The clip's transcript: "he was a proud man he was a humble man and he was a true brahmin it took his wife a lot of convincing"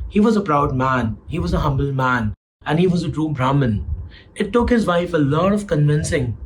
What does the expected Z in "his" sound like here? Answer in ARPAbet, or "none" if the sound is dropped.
Z